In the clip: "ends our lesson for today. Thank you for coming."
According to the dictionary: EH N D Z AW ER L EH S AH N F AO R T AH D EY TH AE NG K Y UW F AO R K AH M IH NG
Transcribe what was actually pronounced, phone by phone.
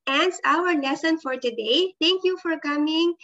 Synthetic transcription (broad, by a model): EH N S AW ER L EH S AH N F AO R T AH D EY T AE NG K Y UW F AO R K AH M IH NG